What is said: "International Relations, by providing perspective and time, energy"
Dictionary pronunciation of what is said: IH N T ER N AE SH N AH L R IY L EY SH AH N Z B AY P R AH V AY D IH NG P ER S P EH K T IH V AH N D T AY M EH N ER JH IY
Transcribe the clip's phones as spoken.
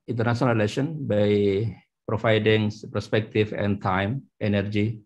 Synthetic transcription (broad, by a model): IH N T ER N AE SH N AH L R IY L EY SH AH N B AY P R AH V AY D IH NG P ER S P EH K T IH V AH N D T AY M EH N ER JH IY